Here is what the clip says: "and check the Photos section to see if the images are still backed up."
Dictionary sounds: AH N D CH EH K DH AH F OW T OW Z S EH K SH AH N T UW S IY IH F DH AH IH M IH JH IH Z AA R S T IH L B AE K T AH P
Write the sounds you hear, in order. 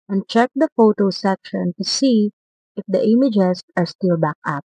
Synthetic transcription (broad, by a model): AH N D CH EH K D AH F OW T OW S EH K SH AH N T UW S IY IH F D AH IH M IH JH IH S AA R S T IH L B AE K AH P